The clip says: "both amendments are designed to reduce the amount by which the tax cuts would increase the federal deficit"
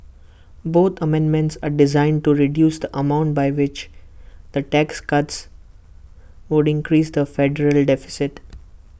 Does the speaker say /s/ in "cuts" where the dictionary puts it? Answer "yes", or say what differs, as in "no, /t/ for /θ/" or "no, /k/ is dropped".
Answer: yes